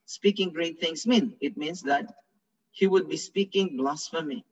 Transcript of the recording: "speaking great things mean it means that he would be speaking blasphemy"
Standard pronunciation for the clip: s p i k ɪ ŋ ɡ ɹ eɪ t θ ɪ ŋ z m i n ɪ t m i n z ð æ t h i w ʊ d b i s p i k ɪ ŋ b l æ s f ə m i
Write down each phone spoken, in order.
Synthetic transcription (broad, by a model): s p i k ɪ ŋ ɡ ɹ eɪ t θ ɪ ŋ s m i n ɪ t m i n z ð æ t h i w ʊ d b i s p i k ɪ ŋ b l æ s f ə m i